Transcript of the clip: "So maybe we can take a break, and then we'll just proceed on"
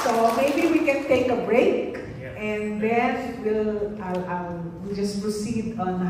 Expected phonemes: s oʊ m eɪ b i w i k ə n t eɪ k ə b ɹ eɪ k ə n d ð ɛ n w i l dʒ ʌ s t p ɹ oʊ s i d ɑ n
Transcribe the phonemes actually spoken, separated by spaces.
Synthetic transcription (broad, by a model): s oʊ m eɪ b i w i k ə n t eɪ k ə b ɹ eɪ k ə n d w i l w i l dʒ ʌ s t p ɹ oʊ s i d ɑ n